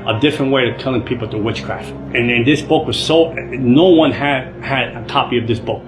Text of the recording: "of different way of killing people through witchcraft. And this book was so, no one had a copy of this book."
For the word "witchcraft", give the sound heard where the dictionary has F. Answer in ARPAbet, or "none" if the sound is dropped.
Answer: F